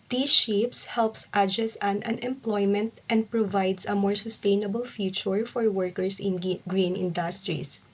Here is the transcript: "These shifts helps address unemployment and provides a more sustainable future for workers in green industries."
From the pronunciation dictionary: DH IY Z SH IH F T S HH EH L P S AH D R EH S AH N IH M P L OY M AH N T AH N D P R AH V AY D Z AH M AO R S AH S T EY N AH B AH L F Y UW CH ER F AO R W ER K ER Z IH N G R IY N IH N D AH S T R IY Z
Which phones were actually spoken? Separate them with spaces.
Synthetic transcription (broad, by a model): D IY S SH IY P S HH EH L P S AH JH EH S AH N IH M P L OY M AH N T AH N D P R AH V AY D S AH M AO R S AH S T EY N AH B AH L F Y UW CH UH F AO R W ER K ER S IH N G R IY N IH N D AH S T R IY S